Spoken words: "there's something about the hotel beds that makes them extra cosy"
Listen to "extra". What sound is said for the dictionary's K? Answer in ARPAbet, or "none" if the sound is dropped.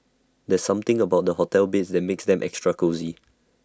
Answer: K